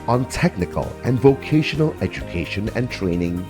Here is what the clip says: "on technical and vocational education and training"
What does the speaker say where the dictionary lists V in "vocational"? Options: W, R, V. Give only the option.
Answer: V